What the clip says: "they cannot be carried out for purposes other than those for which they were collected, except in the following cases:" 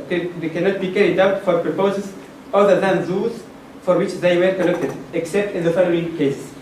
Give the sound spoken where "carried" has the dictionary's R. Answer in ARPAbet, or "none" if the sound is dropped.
R